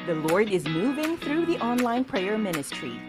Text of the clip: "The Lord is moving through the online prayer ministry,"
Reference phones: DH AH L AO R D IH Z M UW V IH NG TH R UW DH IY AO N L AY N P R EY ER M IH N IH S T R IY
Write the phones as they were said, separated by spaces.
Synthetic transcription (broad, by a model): DH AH L AO R D IH Z M UW V IH NG TH R UW DH IY AO N L AY N P R EY ER M IH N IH S T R IY